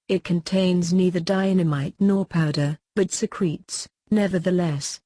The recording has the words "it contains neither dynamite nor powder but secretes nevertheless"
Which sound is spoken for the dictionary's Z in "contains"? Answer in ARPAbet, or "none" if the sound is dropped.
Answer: Z